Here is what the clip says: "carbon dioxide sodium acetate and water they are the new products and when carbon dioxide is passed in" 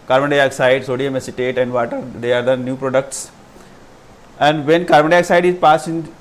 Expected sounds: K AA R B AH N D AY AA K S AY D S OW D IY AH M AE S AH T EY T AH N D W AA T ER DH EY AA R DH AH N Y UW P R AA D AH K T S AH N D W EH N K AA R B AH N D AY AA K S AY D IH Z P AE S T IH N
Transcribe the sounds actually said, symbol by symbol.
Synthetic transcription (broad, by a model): K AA R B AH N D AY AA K S AY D S OW D IY AH M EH S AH T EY T AH N D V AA T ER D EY AA R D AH N Y UW P R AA D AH K T S AH N D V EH N K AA R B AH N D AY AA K S AY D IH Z P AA S IH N